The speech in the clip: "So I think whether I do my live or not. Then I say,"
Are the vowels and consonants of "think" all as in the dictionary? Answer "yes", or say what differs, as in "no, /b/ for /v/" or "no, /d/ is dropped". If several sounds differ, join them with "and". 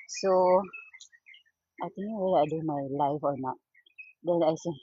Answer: no, /t/ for /θ/